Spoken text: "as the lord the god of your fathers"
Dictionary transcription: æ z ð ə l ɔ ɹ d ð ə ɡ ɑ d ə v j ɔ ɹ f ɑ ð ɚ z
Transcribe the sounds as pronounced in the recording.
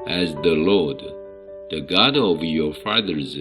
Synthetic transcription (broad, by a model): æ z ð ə l ɔ ɹ d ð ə ɡ ɑ d ə v j ɔ ɹ f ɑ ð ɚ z